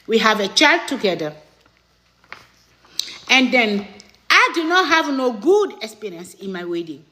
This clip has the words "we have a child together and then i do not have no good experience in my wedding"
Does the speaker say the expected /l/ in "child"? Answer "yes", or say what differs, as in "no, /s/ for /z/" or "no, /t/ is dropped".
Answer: yes